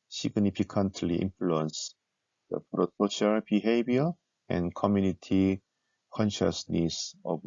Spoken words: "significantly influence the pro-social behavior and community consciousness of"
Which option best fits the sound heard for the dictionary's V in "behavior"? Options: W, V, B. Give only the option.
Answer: B